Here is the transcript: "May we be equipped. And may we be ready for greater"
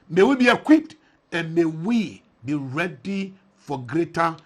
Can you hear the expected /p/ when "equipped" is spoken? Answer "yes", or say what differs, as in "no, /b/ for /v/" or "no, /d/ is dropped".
no, /p/ is dropped